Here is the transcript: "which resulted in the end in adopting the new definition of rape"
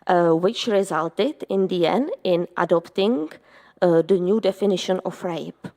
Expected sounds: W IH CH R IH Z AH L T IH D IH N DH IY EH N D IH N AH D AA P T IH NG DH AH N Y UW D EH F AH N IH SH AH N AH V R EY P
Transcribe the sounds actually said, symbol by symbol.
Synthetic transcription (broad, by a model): W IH CH R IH Z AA L T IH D IH N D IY EH N D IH N AH D AA P T IH NG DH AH N Y UW D EH F AH N IH SH AH N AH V R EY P